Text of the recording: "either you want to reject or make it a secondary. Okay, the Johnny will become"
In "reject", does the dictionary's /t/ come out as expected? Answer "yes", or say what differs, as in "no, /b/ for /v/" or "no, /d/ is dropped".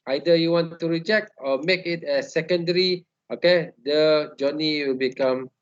yes